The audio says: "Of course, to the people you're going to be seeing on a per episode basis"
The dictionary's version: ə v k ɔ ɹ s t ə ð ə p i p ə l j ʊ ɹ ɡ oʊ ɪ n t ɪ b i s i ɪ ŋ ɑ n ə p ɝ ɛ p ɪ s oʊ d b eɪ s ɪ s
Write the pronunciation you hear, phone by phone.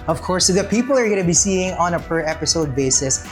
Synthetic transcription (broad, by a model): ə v k ɔ ɹ s ð ə p i p l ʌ ɹ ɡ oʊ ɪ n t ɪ b i s i ɪ ŋ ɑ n ə p ɝ ɛ p ɪ s oʊ d b eɪ s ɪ s